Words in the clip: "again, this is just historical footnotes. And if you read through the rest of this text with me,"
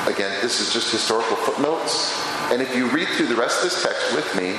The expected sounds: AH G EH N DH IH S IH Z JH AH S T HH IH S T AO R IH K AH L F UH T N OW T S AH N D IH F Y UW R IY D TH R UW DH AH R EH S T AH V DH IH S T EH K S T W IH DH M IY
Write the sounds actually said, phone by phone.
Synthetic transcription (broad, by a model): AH G EH N DH IH S IH Z JH AH S T HH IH S T AO R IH K L F UH T N OW T S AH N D IH F Y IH R IY D TH R UW DH AH R EH S T AH V DH IH S T EH K S T W IH DH M IY